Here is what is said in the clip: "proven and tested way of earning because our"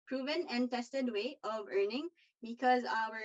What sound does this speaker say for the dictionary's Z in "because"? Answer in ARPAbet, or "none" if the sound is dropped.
Z